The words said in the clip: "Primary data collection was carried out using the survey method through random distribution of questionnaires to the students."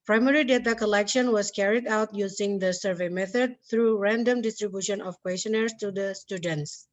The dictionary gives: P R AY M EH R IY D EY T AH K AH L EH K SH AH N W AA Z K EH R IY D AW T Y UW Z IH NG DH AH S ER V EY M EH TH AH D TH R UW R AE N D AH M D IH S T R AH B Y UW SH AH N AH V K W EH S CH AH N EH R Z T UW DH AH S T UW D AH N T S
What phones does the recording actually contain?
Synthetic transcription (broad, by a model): P R AY M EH R IY D EY T AH K AH L EH K SH AH N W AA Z K EH R IY D AW T Y UW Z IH NG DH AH S ER V EY M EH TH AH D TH R UW R AE N D AH M D IH S T R AH B Y UW SH AH N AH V K W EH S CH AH N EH R S T UW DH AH S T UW D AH N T S